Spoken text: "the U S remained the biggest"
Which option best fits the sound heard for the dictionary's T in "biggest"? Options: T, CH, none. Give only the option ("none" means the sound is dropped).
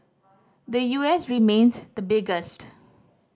T